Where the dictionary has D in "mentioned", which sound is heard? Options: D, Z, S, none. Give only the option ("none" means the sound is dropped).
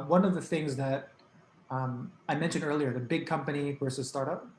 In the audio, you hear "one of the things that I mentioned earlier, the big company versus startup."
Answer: D